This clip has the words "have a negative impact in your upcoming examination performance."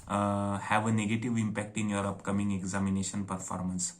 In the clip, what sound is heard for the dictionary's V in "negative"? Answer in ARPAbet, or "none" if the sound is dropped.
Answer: V